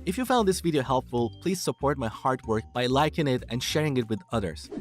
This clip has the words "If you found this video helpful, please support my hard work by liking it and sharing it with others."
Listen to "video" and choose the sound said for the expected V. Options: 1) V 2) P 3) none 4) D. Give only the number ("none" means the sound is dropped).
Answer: 1